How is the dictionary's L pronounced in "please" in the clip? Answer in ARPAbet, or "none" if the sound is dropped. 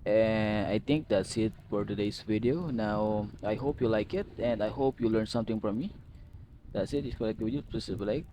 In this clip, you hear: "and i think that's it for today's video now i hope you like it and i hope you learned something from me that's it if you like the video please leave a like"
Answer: none